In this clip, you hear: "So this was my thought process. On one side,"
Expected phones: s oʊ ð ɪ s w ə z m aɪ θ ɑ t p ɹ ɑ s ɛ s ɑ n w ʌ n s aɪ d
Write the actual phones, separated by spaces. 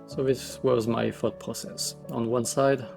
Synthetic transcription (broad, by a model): s oʊ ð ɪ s w ə z m aɪ f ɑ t p ɹ ɑ s ɛ s ɑ n w ʌ n s aɪ d